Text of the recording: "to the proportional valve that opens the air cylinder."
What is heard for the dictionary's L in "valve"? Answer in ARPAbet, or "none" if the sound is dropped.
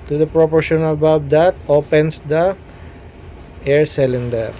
none